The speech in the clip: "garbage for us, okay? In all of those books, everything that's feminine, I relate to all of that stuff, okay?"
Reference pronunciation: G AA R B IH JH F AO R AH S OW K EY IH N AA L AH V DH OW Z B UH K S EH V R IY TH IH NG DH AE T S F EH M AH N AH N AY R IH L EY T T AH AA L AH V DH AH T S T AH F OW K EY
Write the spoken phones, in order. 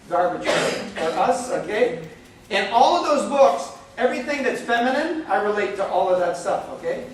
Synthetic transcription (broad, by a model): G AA R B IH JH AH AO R AH S OW K EY IH N AA L AH V DH OW Z B UH K S EH V R IY TH IH NG DH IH T S F EH M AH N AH N AY R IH L EY T T AA L AH V DH AH T S T AH F OW K EY